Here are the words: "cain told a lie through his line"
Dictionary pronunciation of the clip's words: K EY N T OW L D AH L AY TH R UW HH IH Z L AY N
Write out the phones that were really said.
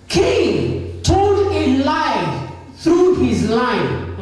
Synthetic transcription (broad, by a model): K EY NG T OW N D AH L AY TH R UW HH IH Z L AY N